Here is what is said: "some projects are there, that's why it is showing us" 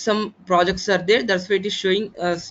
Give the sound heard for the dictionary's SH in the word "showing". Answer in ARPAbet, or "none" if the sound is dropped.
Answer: SH